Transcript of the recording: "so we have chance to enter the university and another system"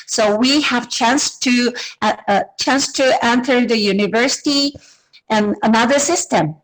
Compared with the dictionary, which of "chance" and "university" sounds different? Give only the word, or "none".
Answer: none